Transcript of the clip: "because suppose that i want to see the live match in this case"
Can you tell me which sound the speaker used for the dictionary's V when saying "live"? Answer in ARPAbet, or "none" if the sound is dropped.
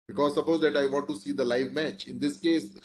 V